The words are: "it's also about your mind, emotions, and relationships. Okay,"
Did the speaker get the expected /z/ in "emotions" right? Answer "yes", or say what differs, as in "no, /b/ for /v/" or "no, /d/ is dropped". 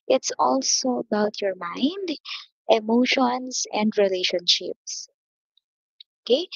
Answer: no, /s/ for /z/